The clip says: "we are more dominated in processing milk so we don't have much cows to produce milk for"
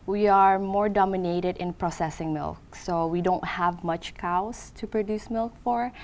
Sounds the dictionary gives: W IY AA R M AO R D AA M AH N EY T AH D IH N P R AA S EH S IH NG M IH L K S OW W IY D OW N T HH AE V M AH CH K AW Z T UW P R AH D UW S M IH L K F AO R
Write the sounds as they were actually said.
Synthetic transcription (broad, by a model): W IY AA R M AO R D AA M AH N EY T AH D IH N P R AA S EH S IH NG M IH L K S OW W IY D OW N T HH AE V M AH CH K AW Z T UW P R AH D UW S M IH L K F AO R